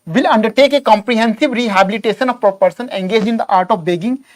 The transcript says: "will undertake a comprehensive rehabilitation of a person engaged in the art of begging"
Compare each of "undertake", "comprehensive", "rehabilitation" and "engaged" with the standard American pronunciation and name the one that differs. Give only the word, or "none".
engaged